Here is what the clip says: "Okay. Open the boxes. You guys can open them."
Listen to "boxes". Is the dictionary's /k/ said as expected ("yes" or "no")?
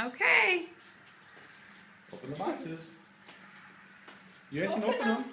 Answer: no